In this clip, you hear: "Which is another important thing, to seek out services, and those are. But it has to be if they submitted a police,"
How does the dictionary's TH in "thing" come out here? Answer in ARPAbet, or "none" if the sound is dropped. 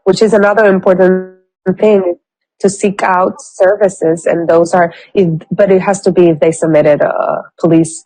TH